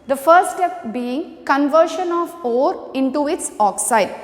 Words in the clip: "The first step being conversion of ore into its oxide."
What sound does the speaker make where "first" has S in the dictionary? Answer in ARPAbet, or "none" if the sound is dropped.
none